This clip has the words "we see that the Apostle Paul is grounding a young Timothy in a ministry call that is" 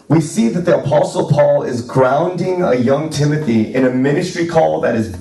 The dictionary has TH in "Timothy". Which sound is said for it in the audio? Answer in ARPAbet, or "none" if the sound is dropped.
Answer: TH